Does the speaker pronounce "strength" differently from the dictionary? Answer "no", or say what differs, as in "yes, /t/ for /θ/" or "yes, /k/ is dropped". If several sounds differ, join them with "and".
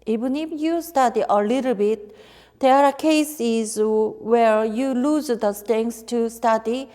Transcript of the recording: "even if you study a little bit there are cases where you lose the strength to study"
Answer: yes, /ɹ/ is dropped and /s/ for /θ/